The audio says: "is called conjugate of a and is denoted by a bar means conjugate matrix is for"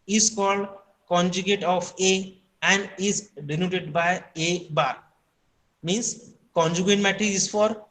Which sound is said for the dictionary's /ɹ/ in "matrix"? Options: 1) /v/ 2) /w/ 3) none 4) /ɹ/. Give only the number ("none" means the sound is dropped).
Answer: 3